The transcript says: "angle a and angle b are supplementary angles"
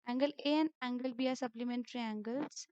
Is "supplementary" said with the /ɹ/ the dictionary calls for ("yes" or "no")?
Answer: yes